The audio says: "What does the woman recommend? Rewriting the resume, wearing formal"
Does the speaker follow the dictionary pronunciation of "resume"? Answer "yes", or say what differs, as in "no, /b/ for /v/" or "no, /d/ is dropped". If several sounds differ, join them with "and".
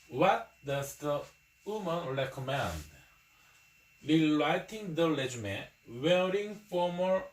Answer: no, /l/ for /ɹ/